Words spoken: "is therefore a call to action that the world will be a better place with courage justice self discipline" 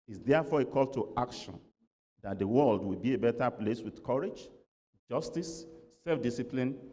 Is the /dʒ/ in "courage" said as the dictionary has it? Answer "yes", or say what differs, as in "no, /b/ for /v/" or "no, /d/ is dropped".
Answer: yes